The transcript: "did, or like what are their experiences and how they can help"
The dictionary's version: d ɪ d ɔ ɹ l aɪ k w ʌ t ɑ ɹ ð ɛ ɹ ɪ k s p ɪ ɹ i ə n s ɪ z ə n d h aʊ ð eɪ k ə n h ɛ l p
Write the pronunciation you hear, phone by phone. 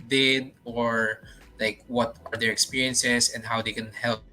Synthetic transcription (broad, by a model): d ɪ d ɔ ɹ l aɪ k w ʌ t ɑ ɹ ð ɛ ɹ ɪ k s p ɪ ɹ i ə n s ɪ s ə n d h aʊ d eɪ k ə n h ɛ l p